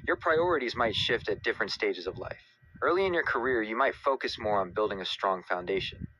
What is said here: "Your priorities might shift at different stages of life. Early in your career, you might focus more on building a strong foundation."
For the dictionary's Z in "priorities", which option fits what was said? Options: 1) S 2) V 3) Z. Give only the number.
3